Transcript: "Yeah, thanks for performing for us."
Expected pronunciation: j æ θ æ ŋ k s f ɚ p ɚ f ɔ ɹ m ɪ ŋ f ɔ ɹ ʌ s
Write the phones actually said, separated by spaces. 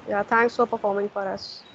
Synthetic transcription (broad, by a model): j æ t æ ŋ k s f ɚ p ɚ f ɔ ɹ m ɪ ŋ f ɔ ɹ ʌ s